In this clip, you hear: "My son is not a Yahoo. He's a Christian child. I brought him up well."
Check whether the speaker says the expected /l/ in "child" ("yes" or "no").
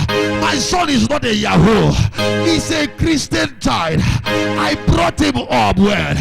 no